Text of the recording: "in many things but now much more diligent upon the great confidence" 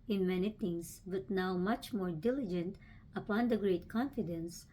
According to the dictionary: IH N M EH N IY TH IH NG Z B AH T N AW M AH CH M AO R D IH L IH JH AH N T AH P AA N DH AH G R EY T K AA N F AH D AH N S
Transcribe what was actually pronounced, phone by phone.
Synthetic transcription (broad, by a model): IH N M EH N IY T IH NG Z B AH T N AW M AH CH M AO R D IH L IH JH AH N T AH P AA N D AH G R EY T K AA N F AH D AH N S